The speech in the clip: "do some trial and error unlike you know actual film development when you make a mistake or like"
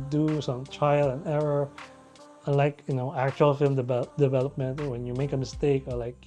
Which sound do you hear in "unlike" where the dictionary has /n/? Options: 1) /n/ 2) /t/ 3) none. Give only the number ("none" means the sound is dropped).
3